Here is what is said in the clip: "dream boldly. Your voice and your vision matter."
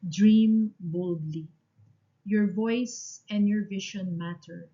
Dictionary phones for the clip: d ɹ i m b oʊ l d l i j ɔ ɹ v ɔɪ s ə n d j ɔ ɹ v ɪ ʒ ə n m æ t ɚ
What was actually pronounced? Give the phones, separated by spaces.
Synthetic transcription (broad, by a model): d ɹ i m b oʊ l d l i j ɔ ɹ v ɔɪ s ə n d j ɔ ɹ v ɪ ʃ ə n m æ t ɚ